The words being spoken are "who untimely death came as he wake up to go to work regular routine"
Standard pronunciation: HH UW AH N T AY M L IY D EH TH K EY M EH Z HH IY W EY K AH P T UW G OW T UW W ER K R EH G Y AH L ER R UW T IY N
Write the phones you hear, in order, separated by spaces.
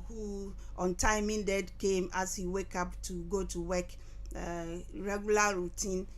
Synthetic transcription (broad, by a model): HH UW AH N T AY M IY D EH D K EY M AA S HH IY W EY K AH P T UW G OW T UW W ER K R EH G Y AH L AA R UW T IY N